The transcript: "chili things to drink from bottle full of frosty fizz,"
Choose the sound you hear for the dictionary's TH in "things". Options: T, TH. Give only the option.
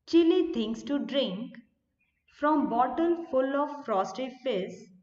T